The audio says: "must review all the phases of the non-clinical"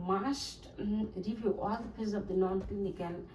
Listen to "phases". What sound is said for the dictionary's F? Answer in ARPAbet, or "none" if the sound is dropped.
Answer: P